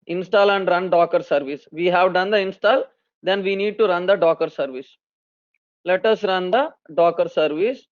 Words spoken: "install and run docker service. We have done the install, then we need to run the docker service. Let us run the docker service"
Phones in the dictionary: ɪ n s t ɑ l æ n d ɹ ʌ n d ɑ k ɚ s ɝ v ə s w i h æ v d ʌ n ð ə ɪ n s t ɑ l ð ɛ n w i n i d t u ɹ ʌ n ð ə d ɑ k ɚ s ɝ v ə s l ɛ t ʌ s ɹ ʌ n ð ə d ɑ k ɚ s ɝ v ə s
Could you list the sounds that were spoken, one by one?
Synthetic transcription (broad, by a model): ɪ n s t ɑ l æ n d ɹ ʌ n d ɑ k ɚ s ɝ v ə s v i h æ v d ʌ n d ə ɪ n s t ɑ l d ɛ n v i n i d t u ɹ ʌ n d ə d ɑ k ɚ s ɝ v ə s l ɛ t ʌ s ɹ ʌ n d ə d ɑ k ɚ s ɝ v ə s